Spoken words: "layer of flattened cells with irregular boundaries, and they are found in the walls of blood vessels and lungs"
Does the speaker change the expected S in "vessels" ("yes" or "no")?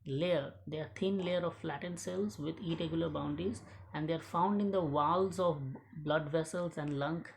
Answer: no